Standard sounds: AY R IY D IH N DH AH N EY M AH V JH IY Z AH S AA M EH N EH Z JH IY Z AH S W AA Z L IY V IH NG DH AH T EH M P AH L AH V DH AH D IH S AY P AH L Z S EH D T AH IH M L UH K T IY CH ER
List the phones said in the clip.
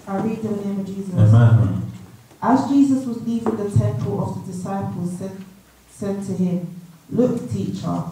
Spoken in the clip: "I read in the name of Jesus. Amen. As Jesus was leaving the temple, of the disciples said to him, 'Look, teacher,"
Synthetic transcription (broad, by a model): AY R IY D DH AH N EY M AH V JH IY Z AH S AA Z JH IY Z AH S W AA Z L IY V IH NG DH AH T EH M P AH L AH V DH AH D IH S AY P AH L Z S EH D T AH IH M L UH K T IY CH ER